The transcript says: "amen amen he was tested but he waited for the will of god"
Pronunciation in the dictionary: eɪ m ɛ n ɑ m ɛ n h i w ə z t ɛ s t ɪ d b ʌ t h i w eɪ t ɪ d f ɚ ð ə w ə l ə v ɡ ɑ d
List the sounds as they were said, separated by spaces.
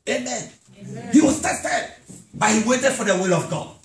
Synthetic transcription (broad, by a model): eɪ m m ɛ n h i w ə s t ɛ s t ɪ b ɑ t h i w eɪ t ɪ d f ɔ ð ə w ə l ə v ɡ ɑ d